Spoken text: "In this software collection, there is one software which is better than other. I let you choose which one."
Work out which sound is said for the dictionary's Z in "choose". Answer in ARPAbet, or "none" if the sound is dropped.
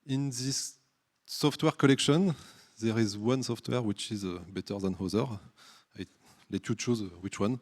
Z